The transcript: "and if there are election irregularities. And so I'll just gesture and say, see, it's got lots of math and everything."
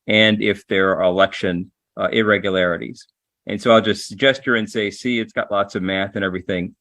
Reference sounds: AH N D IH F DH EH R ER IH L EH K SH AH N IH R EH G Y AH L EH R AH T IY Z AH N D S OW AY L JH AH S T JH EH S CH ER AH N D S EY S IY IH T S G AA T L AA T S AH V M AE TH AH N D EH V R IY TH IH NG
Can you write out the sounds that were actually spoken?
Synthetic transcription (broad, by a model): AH N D IH F DH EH R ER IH L EH K SH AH N IH R EH G Y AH L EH R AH T IY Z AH N S OW AY L JH AH S T JH EH S CH ER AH N S EY S IY IH T S G AA T L AA T S AH V M AE TH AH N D EH V R IY TH IH NG